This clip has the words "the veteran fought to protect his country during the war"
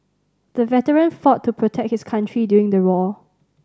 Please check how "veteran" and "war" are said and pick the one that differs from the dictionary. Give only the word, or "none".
war